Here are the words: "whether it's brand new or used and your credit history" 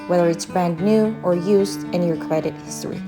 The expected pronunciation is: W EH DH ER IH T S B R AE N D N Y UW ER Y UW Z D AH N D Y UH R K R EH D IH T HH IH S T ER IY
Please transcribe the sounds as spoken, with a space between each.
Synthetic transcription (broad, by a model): W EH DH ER IH T S B R AE N D N Y UW ER Y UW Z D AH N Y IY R K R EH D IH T HH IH S T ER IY